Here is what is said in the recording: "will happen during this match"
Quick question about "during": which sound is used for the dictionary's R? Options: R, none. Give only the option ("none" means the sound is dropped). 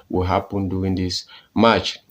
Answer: none